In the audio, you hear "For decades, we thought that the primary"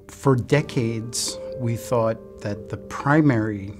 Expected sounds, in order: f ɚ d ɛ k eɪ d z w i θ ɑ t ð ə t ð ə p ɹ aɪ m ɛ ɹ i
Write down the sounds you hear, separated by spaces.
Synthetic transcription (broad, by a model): f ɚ d ɛ k eɪ d z w i θ ɑ t ð ə t ð ə p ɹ aɪ m ɛ ɹ i